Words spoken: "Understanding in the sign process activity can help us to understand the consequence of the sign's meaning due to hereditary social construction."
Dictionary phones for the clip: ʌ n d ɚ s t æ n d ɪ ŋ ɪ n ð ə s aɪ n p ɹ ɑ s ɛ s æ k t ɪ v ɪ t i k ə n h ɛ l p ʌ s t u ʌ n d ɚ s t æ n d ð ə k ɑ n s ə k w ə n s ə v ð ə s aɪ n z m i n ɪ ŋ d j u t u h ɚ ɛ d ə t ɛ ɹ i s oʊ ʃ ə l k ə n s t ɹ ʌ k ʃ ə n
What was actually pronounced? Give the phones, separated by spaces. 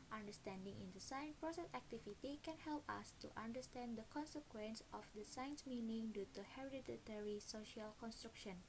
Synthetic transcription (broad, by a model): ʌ n d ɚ s t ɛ n d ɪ ŋ ɪ n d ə s aɪ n p ɹ ɑ s ɛ s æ k t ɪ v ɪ t i k ə n h ɛ l p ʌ s t u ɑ n d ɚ s t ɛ n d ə k ɑ n s ə k w ə n s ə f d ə s aɪ n s m i n ɪ ŋ d j u t u h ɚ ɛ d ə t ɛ ɹ i s oʊ ʃ ə l k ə n s t ɹ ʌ k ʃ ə n